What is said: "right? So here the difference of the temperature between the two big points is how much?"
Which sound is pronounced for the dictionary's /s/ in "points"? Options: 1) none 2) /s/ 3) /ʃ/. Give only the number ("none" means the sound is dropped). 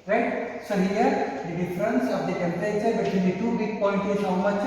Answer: 1